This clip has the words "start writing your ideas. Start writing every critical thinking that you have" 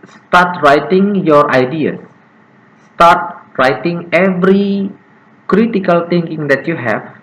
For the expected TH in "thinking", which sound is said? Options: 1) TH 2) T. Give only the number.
2